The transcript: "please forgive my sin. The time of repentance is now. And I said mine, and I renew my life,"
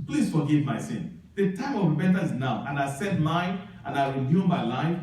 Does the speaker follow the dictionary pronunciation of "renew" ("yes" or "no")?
no